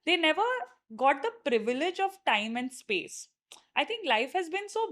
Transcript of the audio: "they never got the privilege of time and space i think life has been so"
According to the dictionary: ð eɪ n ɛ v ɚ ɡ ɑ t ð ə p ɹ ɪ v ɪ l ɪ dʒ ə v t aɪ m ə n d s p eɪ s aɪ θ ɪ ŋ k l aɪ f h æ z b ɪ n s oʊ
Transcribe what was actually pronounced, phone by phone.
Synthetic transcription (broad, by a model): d eɪ n ɛ v ɚ ɡ ɑ t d ə p ɹ ɪ v ɪ l ɪ dʒ ə v t aɪ m ə n d s p eɪ s aɪ t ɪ ŋ k l aɪ f h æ z b ɪ n s oʊ